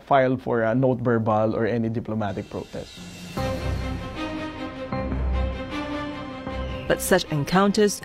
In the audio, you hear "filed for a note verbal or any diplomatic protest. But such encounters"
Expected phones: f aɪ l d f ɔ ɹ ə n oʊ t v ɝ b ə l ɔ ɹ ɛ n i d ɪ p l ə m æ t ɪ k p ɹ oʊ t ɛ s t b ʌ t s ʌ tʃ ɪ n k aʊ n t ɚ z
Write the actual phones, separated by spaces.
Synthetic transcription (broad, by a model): f aɪ l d f ɔ ɹ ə n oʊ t b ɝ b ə l ɔ ɹ ɛ n i d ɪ p l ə m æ t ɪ k p ɹ oʊ t ɛ s t b ʌ t s ʌ tʃ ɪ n k aʊ n t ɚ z